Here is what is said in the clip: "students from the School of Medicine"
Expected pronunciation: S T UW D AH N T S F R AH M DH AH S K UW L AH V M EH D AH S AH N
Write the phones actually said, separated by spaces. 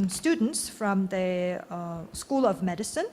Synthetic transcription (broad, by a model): S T UW D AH N T S F R AH M DH AH S K UW L AH V M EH D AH S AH N